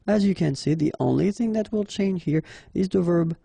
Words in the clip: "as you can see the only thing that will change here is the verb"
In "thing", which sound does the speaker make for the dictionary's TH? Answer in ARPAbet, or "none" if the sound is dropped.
TH